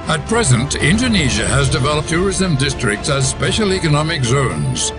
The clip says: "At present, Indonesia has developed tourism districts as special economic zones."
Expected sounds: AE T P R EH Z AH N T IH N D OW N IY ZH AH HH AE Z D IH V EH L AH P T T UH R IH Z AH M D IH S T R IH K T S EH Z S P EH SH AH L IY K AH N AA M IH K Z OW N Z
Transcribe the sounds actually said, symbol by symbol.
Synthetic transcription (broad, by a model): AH T P R EH Z AH N T IH N D OW N IY ZH AH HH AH Z D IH V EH L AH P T T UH R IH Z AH M D IH S T R IH K T S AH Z S P EH SH AH L IY K AH N AA M IH K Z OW N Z